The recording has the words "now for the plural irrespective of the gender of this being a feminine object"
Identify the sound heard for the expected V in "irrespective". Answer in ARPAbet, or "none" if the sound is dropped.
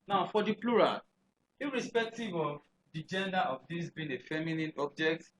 V